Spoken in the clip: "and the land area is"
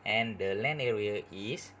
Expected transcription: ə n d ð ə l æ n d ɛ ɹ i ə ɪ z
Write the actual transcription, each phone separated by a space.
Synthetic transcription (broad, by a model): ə n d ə l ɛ n ɛ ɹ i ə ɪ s